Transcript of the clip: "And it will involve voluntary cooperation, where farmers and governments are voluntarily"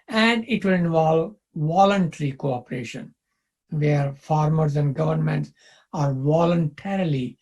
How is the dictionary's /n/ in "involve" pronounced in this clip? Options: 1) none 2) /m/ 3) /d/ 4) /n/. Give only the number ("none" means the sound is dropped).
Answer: 4